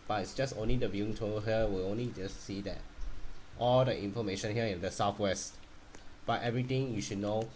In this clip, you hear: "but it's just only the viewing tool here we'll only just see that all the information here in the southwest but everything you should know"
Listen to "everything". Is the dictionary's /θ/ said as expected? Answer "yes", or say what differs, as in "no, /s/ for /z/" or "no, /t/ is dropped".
no, /t/ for /θ/